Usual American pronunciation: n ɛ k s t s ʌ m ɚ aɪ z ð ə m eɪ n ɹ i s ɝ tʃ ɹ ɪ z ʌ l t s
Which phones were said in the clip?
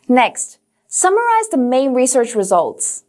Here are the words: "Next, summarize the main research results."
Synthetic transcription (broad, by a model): n ɛ k s t s ʌ m ɚ aɪ z ð ə m eɪ n ɹ i s ɝ tʃ ɹ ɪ z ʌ l t s